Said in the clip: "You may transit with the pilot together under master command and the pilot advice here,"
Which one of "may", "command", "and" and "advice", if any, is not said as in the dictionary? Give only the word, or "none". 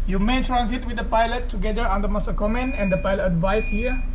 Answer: command